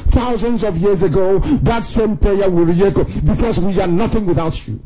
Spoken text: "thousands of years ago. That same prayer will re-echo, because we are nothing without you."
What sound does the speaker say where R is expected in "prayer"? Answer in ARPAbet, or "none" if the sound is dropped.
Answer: none